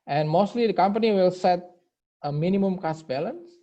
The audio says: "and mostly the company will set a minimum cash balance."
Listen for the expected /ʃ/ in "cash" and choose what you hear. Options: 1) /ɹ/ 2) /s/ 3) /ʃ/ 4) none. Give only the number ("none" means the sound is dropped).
2